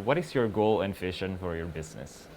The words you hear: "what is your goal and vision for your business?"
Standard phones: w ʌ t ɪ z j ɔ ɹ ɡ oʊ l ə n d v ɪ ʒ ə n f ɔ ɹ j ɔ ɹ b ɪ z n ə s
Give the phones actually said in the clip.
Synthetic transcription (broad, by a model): w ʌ t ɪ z j ɔ ɹ ɡ oʊ l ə n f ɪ ʃ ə n f ɔ ɹ j ɔ ɹ b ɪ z n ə s